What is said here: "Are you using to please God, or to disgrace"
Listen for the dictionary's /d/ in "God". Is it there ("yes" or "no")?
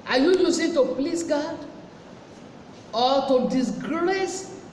yes